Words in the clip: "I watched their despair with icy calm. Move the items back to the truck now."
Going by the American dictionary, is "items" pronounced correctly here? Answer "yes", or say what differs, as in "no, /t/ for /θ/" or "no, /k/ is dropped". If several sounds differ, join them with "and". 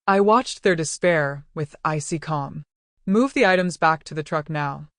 yes